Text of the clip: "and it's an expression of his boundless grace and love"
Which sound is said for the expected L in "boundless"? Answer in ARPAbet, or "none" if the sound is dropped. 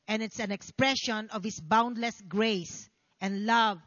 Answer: L